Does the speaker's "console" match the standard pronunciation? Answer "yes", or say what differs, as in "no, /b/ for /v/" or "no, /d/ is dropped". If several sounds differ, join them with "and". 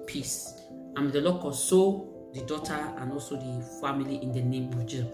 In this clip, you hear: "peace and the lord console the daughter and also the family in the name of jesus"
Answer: no, /n/ is dropped